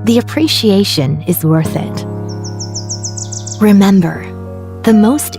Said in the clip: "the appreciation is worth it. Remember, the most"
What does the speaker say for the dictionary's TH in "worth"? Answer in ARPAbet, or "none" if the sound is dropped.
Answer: TH